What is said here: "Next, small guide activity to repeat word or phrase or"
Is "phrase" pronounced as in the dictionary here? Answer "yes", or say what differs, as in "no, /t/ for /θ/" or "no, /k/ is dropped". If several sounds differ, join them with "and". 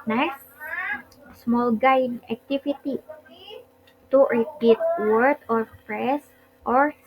no, /p/ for /f/